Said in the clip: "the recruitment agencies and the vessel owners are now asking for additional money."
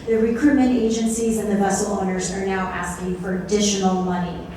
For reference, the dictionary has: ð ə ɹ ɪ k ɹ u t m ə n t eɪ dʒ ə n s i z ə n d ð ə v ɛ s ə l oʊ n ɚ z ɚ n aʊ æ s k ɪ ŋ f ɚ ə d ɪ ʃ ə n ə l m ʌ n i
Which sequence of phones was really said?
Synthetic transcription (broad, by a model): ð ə ɹ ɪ k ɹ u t m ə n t eɪ dʒ ə n s i z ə n ð ə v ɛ s l oʊ n ɚ z ɚ n aʊ æ s k ɪ ŋ f ɚ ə d ɪ ʃ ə n l m ʌ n i